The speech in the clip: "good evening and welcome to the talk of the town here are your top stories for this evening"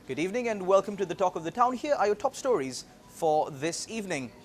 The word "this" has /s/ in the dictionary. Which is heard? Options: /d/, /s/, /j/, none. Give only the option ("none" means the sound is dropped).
/s/